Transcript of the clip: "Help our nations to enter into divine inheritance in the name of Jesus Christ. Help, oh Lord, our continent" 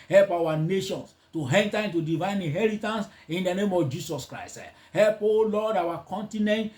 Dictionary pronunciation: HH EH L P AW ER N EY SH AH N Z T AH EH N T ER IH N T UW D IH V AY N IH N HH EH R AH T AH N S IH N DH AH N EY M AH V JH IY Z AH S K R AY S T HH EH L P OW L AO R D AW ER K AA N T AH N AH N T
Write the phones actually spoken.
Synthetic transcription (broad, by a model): HH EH L P AW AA N EY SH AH N S T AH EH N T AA IH N T UW D IH V AY N IH N HH EH R AH T AH N S IH N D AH N EY M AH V JH IY S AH S K R AY S T HH EH L P OW L AO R D AW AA K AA N T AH N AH N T